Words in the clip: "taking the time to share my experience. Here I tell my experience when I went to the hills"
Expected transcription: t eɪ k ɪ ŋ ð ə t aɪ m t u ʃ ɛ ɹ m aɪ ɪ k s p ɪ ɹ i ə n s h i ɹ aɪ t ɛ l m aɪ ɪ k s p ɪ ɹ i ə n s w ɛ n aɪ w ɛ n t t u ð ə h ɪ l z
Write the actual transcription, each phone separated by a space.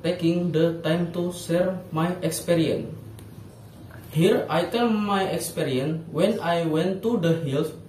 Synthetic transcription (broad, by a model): t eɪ k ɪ ŋ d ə t aɪ m t u s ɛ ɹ m aɪ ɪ k s p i ɹ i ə n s h i ɹ aɪ t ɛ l m aɪ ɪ k s p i ɹ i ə n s w ɛ n aɪ w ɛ n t t u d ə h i l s